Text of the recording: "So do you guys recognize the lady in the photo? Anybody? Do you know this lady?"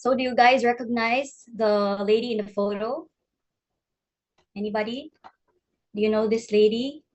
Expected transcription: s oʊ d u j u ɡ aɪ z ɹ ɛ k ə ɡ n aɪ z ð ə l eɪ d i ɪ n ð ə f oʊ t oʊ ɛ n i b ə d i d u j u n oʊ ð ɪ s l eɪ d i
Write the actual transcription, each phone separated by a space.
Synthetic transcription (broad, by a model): s oʊ d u j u ɡ aɪ z ɹ ɛ k ə ɡ n aɪ z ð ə l eɪ d i ɪ n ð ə f oʊ t oʊ ɛ n i b ə d i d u j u n oʊ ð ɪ s l eɪ d i